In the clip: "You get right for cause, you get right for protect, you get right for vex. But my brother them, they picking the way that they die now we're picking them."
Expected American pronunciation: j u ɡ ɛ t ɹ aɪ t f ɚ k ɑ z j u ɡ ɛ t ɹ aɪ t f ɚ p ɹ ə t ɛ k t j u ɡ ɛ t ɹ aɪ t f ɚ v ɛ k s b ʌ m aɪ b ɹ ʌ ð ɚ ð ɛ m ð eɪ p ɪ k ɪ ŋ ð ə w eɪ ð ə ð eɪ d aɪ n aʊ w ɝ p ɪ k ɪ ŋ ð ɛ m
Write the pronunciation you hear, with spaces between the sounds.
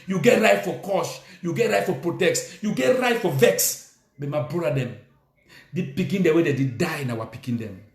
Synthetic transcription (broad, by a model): j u ɡ ɛ t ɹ aɪ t f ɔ k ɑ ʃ j u ɡ ɛ t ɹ aɪ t f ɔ p ɹ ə t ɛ k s j u ɡ ɛ t ɹ aɪ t f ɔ v ɛ k s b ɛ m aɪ b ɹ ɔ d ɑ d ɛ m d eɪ p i k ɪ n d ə w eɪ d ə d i d aɪ n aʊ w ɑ p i k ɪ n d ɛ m